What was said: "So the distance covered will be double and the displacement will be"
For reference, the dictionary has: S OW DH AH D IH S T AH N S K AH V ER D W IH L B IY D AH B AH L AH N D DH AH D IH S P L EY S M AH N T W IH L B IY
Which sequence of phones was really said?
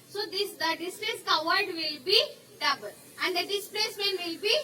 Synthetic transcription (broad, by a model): S OW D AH D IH S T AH S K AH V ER D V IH L B IY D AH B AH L AH N D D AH D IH S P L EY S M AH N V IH L B IY